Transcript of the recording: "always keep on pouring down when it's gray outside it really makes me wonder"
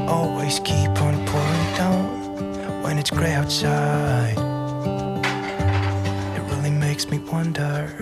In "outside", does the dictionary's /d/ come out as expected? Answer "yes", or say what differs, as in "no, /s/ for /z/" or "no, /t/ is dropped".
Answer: no, /d/ is dropped